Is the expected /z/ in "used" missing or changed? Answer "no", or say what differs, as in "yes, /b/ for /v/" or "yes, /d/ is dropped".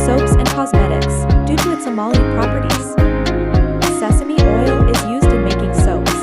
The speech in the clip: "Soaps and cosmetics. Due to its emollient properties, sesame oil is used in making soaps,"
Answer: no